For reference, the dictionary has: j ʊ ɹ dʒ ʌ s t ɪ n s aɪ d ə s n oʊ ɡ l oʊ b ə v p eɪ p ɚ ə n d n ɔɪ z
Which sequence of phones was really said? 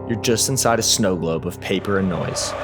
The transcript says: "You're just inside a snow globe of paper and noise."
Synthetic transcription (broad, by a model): j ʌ ɹ dʒ ʌ s t ɪ n s aɪ d ə s n oʊ ɡ l oʊ b ə v p eɪ p ɚ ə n n ɔɪ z